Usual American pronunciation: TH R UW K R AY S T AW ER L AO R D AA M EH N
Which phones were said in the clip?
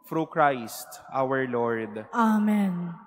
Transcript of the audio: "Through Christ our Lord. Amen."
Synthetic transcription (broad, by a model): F R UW K R AY S T AW ER L AO R D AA M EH N